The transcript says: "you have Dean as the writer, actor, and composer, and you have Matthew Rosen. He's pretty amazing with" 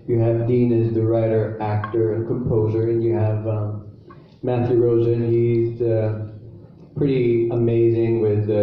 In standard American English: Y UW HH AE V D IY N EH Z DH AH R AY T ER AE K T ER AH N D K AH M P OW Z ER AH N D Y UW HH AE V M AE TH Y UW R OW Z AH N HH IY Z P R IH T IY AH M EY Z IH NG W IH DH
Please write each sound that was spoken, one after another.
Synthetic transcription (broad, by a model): Y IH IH V D IY N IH Z DH AH R AY T ER AE K T ER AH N K AH M P OW Z ER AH N Y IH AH V M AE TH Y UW R OW Z AH N HH IY Z P R IH T IY AH M EY Z IH NG W IH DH